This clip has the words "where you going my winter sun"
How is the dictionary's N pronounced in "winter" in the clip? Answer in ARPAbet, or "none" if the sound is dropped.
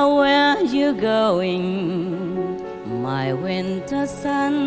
N